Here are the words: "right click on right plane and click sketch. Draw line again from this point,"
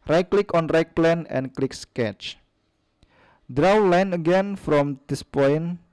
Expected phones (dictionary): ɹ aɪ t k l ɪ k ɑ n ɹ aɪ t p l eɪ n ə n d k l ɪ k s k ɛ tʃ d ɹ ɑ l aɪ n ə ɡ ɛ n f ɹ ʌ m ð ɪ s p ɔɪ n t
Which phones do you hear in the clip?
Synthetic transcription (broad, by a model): ɹ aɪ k l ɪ k ɑ n ɹ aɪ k p l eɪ n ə n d k l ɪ k s k ɛ tʃ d ɹ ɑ l aɪ n ə ɡ ɛ n f ɹ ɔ m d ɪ s p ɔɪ n